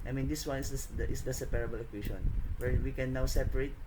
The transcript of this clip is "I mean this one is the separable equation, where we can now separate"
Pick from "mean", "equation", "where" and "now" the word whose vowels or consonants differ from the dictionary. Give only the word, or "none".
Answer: equation